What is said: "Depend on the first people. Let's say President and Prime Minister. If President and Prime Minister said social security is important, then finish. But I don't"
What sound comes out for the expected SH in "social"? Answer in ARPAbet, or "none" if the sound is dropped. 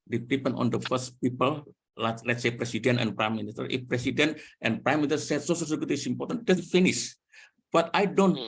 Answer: S